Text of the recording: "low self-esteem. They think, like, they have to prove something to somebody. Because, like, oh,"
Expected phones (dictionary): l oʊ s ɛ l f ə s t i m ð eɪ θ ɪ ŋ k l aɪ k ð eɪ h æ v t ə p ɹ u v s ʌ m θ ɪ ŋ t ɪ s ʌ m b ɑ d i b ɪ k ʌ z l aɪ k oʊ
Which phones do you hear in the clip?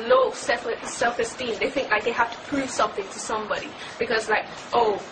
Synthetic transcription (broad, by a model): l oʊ s ɛ l f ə s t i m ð eɪ θ ɪ ŋ k l aɪ k ð eɪ h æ f t ə p ɹ u v s ʌ m θ ɪ ŋ t ɪ s ʌ m b ɑ d i b ɪ k ʌ z l aɪ k oʊ